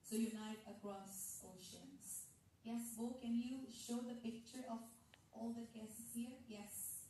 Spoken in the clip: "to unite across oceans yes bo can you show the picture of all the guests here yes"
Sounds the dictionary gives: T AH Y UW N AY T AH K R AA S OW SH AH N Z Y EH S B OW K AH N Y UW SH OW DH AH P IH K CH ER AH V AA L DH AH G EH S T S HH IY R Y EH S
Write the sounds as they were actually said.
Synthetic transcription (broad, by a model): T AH Y UW N AY T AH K R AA S OW SH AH N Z Y EH S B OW K AH N Y UW SH OW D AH P IH K CH ER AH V AA L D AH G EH S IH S HH IY R Y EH S